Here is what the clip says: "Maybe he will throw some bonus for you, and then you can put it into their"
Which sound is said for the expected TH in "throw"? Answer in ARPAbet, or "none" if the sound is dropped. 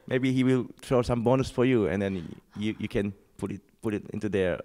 T